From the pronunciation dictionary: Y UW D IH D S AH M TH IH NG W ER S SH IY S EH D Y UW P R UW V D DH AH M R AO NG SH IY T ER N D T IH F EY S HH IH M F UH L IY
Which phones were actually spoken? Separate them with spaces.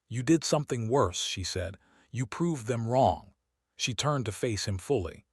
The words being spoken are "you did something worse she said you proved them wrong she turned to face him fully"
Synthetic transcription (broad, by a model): Y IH D IH D S AH M TH IH NG W ER S SH IY S EH D Y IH P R UW V DH AH M R AO NG SH IY T ER N T IH F EY S HH IH M F UH L IY